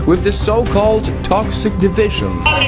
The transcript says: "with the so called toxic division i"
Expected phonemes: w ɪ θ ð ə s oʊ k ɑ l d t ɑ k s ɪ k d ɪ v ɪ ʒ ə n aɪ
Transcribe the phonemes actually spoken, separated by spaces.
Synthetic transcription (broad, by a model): w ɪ ð ə s oʊ k ɑ l d t ɑ k s ɪ k d ɪ v ɪ ʒ ə n